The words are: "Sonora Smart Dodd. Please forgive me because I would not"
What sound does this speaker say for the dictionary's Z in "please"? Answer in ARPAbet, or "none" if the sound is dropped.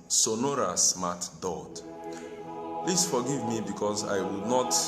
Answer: S